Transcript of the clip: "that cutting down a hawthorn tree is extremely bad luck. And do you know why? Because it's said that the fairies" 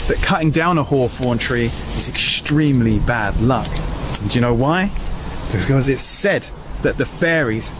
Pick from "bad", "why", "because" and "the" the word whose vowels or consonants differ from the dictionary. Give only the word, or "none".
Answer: none